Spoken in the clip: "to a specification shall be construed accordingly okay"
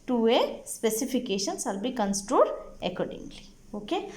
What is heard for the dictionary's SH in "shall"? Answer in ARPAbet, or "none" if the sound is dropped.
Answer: S